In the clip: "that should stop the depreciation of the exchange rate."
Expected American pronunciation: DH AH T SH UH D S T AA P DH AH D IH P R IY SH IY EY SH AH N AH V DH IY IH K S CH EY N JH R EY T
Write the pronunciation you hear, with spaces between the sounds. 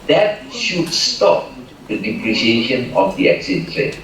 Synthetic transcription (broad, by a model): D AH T SH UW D S T AA P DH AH D IH P R IY SH IY EY SH AH N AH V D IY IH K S EY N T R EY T